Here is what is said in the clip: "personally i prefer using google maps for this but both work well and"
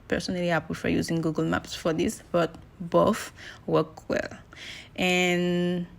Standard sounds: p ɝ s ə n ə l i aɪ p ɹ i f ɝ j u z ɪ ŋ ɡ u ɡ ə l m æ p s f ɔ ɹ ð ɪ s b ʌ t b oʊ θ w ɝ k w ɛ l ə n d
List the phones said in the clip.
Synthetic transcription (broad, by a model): p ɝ s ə n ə l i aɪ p i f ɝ j u z ɪ ŋ ɡ u ɡ ə l m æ p s f ɔ ɹ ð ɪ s b ʌ t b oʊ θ w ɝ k w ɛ l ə n